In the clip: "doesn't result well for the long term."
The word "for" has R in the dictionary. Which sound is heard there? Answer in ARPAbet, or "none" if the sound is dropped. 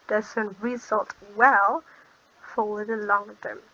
W